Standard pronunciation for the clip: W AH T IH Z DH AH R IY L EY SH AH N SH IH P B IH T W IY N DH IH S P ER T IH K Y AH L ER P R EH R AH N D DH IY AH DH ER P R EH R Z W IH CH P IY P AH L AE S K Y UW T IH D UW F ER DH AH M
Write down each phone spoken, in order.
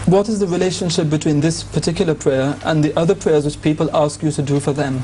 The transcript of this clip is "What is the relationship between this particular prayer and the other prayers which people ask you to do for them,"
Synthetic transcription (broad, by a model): W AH T IH Z DH AH R IY L EY SH AH N SH IH P B IH T W IY N DH IH S P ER T IH K Y L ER P R EH R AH N DH IY AH DH ER P R EH R Z W IH CH P IY P AH L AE S K Y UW T IH D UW F ER DH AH M